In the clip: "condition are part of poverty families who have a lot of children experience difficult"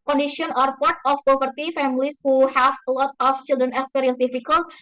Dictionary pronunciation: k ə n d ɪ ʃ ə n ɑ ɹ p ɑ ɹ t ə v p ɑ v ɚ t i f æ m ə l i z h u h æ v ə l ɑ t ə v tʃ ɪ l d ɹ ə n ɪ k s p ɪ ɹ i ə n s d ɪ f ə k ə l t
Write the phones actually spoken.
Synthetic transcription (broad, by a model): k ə n d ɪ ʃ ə n ɑ ɹ p ɑ ɹ t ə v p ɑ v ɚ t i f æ m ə l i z h u h æ v l ɑ t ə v tʃ ɪ l d ɹ ə n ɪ s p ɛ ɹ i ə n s d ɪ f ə k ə l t